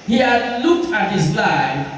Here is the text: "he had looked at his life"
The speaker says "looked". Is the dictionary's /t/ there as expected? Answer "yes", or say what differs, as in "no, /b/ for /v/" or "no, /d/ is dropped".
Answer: yes